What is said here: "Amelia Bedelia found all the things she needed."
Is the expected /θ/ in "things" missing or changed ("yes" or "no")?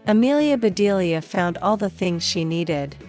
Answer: no